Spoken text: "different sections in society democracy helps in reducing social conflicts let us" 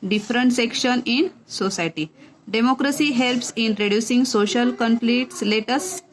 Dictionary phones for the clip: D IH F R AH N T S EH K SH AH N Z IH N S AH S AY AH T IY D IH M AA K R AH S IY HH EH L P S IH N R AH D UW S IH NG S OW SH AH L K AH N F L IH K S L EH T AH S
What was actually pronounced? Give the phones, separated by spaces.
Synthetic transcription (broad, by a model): D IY F R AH N T S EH K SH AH N IH N S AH S AY T IY D IH M AA K R AH S IY HH EH L P S IH N R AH D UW S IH NG S OW SH AH L K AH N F L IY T S L EH T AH S